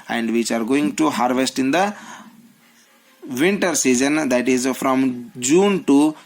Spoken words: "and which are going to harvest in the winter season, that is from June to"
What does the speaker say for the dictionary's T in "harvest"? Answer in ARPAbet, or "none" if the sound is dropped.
T